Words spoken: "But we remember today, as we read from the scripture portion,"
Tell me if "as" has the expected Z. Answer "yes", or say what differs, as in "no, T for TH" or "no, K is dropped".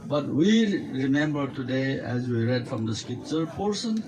yes